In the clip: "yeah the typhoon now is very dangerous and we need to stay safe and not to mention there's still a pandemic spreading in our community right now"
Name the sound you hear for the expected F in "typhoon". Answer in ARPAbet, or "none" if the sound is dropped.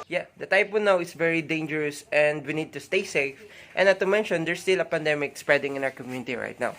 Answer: P